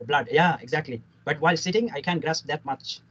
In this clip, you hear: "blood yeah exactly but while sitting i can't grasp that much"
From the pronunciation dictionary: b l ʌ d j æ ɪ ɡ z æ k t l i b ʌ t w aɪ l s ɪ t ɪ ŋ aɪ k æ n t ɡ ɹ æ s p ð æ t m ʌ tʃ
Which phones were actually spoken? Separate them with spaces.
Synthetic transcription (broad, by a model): b l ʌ d j æ ɪ ɡ z æ k t l i b ʌ t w aɪ l s ɪ t ɪ ŋ aɪ k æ n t ɡ ɹ æ s p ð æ t m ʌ tʃ